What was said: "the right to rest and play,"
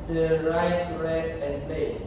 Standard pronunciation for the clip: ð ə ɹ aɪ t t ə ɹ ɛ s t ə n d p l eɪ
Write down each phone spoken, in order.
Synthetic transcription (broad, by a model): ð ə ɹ aɪ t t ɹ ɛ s ə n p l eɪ